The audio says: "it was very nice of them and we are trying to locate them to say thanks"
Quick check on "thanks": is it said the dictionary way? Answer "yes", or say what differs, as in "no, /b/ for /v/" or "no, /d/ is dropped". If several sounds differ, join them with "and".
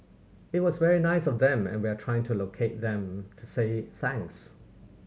yes